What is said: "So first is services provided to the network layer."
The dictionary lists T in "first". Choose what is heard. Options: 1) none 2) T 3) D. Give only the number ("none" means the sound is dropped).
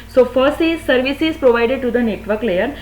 1